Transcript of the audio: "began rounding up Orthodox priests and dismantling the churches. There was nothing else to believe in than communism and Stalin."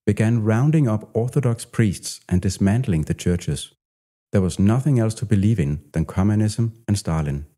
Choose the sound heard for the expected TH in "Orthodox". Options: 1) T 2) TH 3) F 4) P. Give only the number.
2